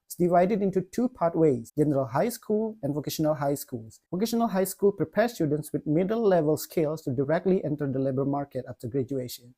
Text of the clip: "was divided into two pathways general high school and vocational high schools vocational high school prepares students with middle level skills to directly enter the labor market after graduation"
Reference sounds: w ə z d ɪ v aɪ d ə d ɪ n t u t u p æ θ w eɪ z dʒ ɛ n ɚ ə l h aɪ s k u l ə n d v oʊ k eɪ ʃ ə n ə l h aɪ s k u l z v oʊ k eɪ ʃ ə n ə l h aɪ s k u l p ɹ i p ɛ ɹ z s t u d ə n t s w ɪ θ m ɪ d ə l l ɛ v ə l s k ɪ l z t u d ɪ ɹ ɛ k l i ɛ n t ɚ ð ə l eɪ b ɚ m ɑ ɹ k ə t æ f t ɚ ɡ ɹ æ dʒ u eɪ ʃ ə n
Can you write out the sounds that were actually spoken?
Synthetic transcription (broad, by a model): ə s d ɪ v aɪ d ə d ɪ n t u t u p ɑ t w eɪ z dʒ ɛ n ɚ ə l h aɪ s k u l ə n v oʊ k eɪ ʃ ə n ə l h aɪ s k u l s v oʊ k eɪ ʃ ə n ə l h aɪ s k u l p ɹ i p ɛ ɹ s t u d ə n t s w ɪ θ m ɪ d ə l l ɛ v ə l s k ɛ l s t u d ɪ ɹ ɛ k l i ɛ n t ɚ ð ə l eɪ b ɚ m ɑ ɹ k ə t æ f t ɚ ɡ ɹ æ dʒ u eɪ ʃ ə n